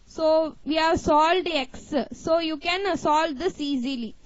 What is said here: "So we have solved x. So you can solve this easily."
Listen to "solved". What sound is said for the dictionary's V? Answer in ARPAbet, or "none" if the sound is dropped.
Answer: none